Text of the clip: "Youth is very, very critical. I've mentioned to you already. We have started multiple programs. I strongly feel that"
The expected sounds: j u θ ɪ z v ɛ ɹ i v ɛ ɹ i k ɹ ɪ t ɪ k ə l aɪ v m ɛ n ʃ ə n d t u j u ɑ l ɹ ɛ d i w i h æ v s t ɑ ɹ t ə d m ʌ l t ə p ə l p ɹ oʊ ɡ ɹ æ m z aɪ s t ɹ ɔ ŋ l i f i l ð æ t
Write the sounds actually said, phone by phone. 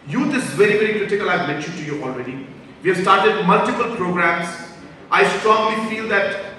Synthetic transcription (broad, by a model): j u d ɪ s v ɛ ɹ i v ɛ ɹ i k ɹ ɪ t ɪ k ə l aɪ v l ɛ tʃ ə t u j u ɑ l ɹ ɛ d i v i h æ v s t ɑ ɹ t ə d m ʌ l t ə p ə l p ɹ oʊ ɡ ɹ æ m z aɪ s t ɹ ɔ ŋ l i f i l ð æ t